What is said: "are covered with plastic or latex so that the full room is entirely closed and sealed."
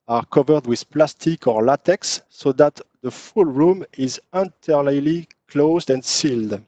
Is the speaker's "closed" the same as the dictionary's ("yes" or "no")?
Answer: yes